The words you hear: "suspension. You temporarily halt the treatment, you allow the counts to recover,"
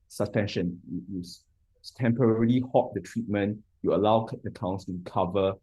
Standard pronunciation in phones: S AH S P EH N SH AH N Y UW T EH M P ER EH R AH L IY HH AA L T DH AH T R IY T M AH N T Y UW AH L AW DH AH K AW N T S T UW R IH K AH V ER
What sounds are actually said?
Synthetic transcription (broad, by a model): S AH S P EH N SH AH N Y UW T EH M P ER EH R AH L IY HH AA T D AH T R IY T M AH N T Y UW AH L AW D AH K AW N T S T UW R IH K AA V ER